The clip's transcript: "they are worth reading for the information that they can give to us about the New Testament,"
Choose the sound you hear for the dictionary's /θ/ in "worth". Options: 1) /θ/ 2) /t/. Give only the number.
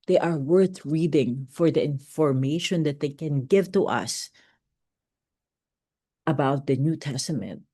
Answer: 1